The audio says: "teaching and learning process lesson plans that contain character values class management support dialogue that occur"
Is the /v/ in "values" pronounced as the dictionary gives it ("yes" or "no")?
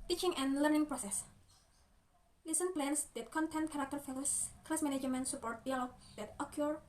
no